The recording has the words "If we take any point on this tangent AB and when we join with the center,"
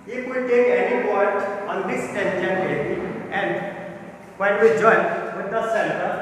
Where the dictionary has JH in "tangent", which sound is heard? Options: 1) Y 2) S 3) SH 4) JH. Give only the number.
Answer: 3